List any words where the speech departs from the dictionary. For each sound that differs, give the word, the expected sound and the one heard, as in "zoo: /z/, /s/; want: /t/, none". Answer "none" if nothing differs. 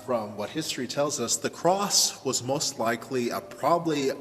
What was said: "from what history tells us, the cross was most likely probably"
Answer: none